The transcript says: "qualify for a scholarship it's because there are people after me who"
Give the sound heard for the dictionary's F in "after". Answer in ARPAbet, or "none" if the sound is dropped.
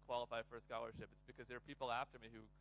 F